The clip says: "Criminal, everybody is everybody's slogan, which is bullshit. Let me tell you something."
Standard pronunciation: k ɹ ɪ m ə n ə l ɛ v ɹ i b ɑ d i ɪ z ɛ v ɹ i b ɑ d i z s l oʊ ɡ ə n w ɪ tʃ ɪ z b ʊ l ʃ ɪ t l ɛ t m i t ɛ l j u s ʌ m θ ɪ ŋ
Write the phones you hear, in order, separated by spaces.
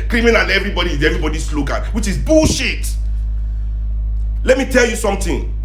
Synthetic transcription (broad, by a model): k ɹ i m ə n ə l ɛ v ɹ i b ɑ d i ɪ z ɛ v ɹ i b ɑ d i s l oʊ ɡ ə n w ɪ tʃ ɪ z b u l ʃ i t l ɛ t m i t ɛ l j u s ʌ m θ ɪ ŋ